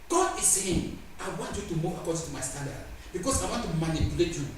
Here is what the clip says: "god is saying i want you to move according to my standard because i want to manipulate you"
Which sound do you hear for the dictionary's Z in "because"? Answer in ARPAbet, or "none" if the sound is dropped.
S